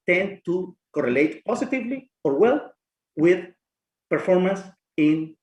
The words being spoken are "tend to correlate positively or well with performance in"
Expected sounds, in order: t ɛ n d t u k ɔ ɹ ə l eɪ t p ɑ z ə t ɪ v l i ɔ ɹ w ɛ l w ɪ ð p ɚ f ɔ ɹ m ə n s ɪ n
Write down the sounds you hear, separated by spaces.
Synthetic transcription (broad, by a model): t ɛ n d t u k ɔ ɹ ə l eɪ t p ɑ s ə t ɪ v l i ɔ ɹ w ɛ l w ɪ ð p ɚ f ɔ ɹ m ə n s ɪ n